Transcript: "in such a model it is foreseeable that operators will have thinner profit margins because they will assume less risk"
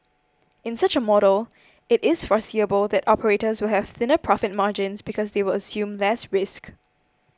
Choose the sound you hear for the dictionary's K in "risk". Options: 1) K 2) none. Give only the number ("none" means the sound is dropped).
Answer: 1